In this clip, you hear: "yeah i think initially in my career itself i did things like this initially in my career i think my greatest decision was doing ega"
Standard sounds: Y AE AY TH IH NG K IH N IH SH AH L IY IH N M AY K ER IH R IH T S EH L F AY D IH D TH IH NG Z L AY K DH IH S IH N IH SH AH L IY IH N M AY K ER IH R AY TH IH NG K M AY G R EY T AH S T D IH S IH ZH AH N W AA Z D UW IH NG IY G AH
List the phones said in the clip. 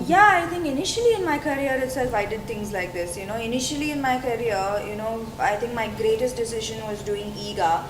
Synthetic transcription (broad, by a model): Y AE AY T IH NG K IH N IH SH AH L IY IH N M AY K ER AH R IH T S EH L F AY D IH D T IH NG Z L AY K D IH S IH N IH SH AH L IY IH N M AY K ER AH R AY T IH NG K M AY G R EY T AH S T D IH S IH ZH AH N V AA Z D UW IH NG IY G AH